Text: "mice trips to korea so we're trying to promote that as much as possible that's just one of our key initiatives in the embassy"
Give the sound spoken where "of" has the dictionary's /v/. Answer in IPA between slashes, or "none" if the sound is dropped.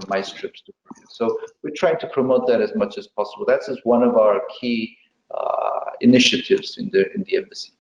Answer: /v/